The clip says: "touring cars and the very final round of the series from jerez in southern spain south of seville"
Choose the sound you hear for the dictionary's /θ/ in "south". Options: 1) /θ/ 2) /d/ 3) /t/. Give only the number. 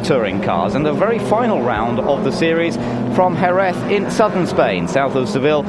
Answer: 1